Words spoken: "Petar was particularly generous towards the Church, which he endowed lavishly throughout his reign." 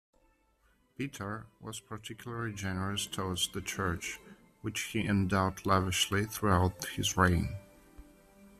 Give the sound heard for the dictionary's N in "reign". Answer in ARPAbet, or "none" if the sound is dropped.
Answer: N